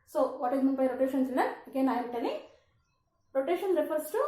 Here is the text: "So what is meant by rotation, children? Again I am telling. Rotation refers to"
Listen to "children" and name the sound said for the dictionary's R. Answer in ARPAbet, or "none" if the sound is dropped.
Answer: none